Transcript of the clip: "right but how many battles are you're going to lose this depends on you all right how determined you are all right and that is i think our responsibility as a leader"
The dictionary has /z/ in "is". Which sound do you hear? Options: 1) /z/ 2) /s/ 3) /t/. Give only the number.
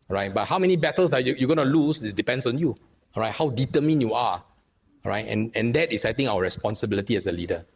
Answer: 2